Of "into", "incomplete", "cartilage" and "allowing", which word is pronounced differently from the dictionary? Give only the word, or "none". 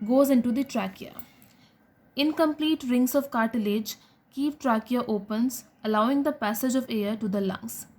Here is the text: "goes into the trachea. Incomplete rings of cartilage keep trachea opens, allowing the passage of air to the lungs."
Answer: none